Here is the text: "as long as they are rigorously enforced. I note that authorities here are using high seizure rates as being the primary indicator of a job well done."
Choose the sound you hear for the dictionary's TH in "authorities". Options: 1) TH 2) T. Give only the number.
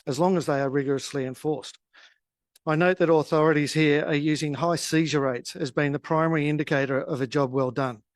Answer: 1